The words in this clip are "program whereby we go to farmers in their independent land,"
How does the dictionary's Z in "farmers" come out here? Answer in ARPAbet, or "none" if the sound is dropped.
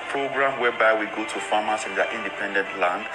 S